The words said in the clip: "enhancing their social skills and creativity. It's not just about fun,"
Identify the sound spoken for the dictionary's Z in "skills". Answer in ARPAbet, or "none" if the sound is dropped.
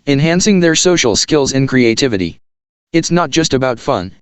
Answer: Z